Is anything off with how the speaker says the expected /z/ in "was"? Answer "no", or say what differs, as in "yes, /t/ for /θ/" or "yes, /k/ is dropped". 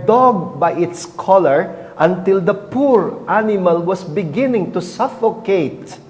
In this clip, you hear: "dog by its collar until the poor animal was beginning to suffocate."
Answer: yes, /s/ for /z/